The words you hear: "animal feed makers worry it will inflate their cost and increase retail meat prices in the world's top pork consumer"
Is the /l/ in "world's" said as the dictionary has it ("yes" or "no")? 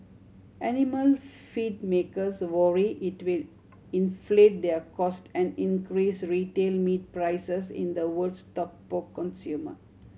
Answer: no